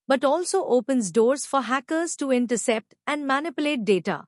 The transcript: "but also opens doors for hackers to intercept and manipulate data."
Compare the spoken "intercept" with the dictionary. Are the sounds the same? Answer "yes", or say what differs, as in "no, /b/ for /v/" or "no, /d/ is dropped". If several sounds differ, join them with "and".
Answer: yes